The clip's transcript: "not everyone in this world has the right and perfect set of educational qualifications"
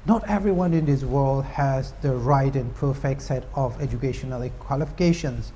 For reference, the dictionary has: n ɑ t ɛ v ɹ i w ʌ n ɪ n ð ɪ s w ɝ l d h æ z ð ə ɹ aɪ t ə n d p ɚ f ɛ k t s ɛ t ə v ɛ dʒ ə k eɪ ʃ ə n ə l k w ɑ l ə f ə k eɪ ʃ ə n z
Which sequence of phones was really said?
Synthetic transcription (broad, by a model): n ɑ t ɛ v ɹ i w ʌ n ɪ n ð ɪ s w ɝ l d h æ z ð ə ɹ aɪ t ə n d p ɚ f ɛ k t s ɛ t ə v ɛ dʒ ə k eɪ ʃ ə n ə l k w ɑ l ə f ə k eɪ ʃ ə n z